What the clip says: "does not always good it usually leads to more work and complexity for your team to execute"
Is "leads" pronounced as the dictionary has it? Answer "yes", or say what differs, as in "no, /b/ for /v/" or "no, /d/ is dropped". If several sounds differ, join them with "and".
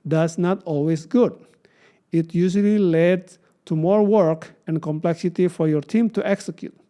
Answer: no, /z/ is dropped